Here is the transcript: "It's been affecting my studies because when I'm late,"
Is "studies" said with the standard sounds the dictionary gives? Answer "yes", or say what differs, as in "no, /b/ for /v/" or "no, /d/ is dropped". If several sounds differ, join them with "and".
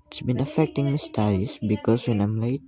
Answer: no, /s/ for /z/